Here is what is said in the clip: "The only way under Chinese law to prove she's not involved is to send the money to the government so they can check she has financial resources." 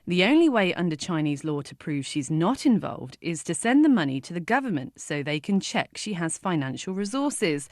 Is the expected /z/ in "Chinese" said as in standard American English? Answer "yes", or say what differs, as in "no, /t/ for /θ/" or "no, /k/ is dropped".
yes